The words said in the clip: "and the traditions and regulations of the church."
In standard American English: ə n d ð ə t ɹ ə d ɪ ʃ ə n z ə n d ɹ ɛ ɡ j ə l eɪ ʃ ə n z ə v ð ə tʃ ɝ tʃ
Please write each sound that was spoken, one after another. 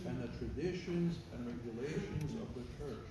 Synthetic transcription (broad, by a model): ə n ð ə t ɹ ə d ɪ ʃ ə n z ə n ɹ ɛ ɡ j ə l eɪ ʃ ə n z ə v ð ə tʃ ɝ tʃ